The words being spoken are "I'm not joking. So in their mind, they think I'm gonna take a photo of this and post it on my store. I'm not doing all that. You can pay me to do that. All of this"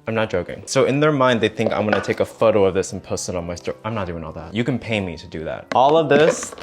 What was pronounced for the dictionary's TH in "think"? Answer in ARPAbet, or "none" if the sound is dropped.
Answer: TH